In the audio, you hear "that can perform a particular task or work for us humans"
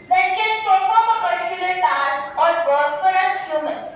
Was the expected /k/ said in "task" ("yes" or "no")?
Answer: no